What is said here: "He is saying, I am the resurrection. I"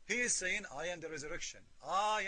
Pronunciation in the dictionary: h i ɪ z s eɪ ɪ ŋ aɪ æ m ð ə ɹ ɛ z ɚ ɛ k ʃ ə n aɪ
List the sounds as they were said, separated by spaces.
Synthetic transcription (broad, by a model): h i ɪ z s eɪ ɪ ŋ aɪ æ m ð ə ɹ ɛ z ɚ ɛ k ʃ ə n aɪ